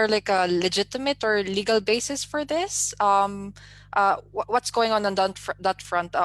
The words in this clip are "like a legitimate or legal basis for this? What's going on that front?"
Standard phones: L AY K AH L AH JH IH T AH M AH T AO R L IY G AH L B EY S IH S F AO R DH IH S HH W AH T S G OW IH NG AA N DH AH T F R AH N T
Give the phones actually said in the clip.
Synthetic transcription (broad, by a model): L AY K AH L AH JH IH T AH M AH T AO R L IY G AH L B EY S IH S F AO R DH IH S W W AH T S G OW IH NG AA N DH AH T F R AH N T